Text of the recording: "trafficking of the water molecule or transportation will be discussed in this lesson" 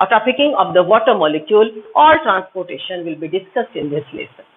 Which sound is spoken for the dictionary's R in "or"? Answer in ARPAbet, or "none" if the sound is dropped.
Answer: L